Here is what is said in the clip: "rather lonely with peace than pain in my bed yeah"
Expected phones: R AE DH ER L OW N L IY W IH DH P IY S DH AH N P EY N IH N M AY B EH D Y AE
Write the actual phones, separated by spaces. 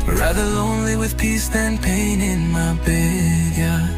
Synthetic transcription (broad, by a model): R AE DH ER L OW N L IY W IH DH P IY S DH AH N P EY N IH N M AY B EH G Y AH